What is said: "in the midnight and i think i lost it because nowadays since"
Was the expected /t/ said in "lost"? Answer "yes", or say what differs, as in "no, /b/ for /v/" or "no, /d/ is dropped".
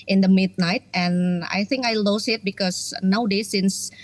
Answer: no, /t/ is dropped